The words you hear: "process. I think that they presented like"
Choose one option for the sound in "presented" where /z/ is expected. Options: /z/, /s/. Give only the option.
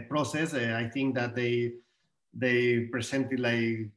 /s/